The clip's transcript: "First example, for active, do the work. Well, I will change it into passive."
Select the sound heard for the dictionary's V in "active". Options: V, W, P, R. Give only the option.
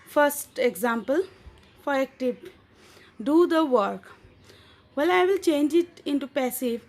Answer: P